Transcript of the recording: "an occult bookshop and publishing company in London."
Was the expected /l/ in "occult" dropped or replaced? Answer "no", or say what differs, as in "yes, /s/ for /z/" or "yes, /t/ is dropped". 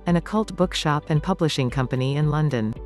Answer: no